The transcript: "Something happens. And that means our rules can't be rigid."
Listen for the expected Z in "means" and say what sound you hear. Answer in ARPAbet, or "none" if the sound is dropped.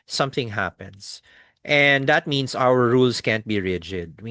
S